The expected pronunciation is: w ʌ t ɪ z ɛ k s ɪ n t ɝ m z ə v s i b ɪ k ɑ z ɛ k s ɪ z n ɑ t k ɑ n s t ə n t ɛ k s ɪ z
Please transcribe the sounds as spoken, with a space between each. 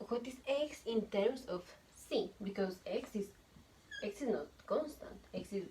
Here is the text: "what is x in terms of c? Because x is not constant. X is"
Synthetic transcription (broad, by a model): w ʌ t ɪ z ɛ k s ɪ n t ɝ m s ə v s i b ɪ k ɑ s ɛ k s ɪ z n ɑ t k ɑ n s t ə n t ɛ k s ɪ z